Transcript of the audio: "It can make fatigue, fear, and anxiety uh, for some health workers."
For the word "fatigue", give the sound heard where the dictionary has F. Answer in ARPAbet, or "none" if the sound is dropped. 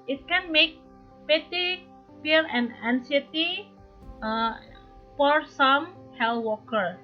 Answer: P